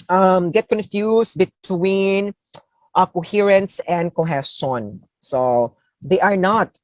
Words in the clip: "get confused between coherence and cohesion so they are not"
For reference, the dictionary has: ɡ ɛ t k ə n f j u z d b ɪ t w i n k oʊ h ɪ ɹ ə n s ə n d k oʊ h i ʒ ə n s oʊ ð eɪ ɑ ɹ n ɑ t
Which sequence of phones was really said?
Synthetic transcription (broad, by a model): ɡ ɛ t k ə n f j u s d b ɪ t w i n k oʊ h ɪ ɹ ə n s ə n d k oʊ h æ s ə n s oʊ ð eɪ ɑ ɹ n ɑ t